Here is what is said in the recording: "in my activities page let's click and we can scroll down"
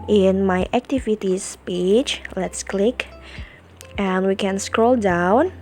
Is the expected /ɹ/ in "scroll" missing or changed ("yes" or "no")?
no